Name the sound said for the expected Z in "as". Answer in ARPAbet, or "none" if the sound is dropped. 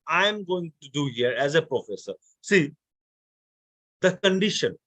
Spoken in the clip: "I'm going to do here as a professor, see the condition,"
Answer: Z